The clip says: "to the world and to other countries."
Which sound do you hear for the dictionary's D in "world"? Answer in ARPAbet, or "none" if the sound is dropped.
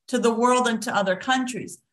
D